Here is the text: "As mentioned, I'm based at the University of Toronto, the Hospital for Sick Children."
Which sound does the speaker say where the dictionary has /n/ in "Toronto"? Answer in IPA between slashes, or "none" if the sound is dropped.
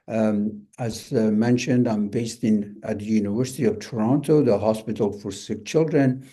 /n/